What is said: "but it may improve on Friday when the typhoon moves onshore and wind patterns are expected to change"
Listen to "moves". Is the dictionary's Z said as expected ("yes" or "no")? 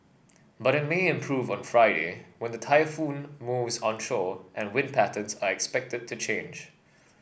yes